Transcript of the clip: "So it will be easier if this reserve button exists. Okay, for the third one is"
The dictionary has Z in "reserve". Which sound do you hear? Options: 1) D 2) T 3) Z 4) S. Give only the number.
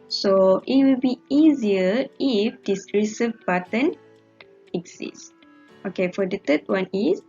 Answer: 4